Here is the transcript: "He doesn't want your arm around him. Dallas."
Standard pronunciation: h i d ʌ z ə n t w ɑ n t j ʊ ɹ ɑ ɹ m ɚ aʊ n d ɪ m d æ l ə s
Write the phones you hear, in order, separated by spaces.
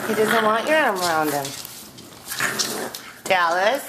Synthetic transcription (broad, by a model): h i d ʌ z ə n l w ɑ t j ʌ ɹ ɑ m ɚ aʊ n d ɪ m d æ l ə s